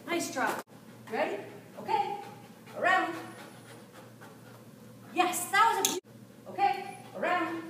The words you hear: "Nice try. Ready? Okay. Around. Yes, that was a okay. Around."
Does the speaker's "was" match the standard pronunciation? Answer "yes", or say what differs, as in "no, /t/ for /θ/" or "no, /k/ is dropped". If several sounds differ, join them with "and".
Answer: yes